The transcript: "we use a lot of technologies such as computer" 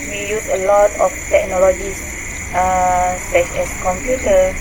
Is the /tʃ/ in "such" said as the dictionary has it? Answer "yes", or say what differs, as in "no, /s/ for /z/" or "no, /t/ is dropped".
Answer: no, /s/ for /tʃ/